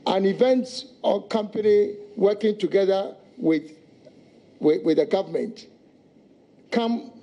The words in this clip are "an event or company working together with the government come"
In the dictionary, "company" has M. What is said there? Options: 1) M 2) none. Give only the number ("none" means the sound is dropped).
1